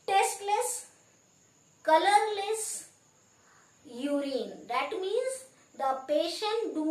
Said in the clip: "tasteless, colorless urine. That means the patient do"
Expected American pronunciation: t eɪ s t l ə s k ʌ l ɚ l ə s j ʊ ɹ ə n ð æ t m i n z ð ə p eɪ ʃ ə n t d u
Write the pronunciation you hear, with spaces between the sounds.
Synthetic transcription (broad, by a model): t eɪ s t l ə s k ʌ l ɚ l ə s j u ɹ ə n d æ t m i n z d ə p eɪ ʃ ə n t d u